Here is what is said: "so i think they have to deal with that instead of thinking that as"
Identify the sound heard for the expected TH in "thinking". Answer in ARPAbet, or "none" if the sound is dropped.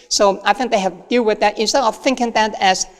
TH